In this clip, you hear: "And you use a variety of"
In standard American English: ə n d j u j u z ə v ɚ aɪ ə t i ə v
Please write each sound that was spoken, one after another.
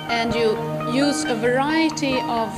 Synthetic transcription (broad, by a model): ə n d j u j u z ə v ɚ aɪ ə t i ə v